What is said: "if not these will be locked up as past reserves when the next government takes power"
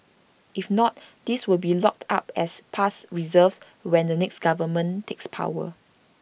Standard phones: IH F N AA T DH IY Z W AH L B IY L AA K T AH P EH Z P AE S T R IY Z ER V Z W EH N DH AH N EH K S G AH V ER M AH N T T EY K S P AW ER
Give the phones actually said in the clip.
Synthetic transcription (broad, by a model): IH F N AA T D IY S W AH L B IY L AA K T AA P EH S P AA S R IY Z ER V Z W EH N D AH N EH K S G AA V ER M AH N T T EY K S P AW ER